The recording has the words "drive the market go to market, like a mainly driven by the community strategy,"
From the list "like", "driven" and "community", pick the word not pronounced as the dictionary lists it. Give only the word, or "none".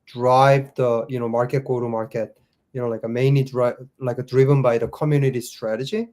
none